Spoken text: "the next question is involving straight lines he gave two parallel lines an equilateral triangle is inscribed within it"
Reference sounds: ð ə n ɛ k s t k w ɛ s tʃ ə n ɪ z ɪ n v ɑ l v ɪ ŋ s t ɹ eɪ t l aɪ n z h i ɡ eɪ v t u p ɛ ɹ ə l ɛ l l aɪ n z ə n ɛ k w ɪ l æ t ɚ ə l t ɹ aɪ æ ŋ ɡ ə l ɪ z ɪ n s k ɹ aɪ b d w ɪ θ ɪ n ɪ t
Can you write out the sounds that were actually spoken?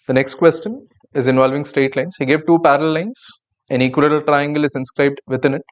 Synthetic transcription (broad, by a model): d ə n ɛ k s t k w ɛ s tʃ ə n ɪ z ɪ n v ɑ l v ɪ ŋ s t eɪ t l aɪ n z h i ɡ eɪ v t u p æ ɹ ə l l l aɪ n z ə n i k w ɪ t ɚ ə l t ɹ aɪ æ ŋ ɡ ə l ɪ z ɪ n s k ɹ aɪ b d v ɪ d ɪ n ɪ t